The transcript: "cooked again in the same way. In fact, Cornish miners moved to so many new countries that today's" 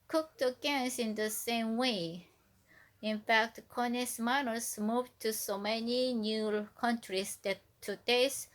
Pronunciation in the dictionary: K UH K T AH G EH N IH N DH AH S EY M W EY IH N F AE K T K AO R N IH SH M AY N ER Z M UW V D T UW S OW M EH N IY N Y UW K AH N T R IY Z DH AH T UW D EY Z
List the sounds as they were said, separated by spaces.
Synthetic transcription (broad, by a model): K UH K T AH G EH N IH N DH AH S EY M W EY IH N F AE K T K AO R N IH S M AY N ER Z M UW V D T UW S OW M EH N IY N Y UW K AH N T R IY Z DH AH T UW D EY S